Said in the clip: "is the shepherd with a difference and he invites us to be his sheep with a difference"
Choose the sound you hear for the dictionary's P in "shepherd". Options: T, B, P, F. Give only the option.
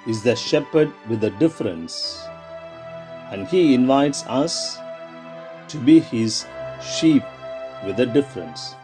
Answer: P